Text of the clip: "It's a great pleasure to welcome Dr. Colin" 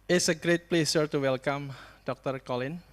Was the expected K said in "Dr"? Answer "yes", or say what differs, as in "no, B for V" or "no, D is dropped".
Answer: yes